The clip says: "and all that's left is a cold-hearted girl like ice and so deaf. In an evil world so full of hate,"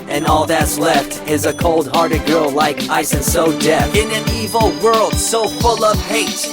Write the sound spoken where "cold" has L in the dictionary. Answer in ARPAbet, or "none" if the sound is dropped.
L